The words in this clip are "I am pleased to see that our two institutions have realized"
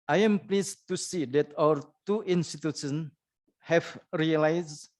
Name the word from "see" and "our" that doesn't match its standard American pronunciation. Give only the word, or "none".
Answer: our